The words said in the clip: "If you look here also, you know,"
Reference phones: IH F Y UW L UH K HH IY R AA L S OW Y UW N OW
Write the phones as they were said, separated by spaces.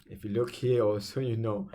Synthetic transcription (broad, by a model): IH F Y UW L UH K HH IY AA S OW Y UW N OW